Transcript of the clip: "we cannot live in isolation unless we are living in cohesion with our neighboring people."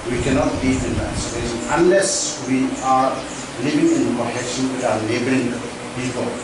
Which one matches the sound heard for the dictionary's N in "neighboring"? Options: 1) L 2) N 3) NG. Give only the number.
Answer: 1